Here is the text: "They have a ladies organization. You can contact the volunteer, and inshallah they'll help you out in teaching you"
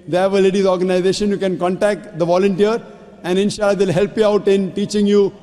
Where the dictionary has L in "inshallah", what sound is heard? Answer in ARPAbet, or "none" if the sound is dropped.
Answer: none